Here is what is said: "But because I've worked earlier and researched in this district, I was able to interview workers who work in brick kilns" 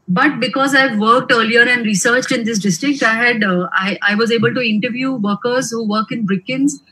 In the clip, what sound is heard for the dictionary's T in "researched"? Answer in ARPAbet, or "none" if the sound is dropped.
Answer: T